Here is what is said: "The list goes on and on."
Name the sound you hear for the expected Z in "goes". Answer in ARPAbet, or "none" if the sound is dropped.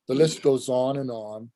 Z